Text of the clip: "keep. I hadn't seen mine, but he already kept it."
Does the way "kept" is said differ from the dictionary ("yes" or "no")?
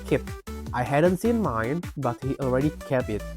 yes